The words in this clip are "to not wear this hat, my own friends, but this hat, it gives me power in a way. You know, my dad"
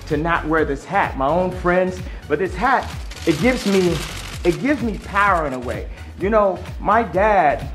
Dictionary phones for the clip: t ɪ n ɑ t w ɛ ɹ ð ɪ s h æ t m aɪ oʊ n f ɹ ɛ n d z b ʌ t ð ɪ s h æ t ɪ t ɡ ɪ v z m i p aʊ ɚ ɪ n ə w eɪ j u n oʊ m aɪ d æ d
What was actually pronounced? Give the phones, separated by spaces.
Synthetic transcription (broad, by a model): t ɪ n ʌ t w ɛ ɹ ð ɪ s h æ t m aɪ oʊ n f ɹ ɛ n d z b ʌ t ð ɪ s h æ t ɪ t ɡ ɪ v z m i p aʊ ɚ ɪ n ə w eɪ j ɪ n oʊ m aɪ d æ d